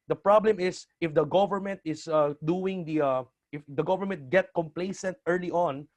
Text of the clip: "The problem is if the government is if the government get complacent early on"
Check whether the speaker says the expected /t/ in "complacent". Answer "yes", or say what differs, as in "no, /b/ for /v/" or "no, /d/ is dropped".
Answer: yes